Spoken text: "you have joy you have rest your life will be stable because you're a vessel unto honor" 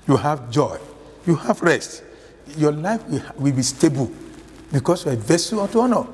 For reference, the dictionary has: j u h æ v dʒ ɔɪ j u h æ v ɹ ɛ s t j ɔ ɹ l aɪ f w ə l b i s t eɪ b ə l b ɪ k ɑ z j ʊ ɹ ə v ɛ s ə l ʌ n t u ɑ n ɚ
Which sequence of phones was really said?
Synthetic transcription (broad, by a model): j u h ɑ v dʒ ɔɪ j u h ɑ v ɹ ɛ s t j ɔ l aɪ f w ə w b i s t eɪ b ə l b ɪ k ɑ s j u ə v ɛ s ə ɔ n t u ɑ n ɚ